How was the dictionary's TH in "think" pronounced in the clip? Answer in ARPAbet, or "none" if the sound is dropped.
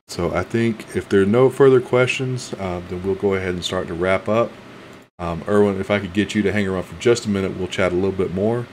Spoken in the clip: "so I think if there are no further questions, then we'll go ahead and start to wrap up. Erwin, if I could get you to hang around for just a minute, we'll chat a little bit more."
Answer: TH